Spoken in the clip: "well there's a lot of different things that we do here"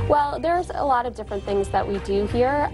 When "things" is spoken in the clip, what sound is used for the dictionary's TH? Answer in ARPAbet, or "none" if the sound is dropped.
TH